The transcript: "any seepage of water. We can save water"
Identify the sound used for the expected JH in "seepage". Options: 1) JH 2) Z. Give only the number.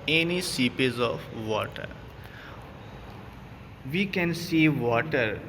2